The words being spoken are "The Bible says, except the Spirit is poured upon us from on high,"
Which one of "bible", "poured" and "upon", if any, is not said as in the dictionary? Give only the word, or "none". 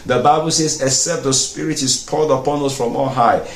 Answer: poured